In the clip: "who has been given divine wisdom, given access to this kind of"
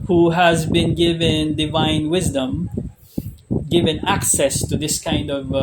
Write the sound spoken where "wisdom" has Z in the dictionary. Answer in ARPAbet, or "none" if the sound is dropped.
Z